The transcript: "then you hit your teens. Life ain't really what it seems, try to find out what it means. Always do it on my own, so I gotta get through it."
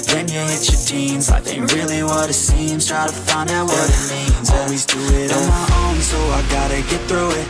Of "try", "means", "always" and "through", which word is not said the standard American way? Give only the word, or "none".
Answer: none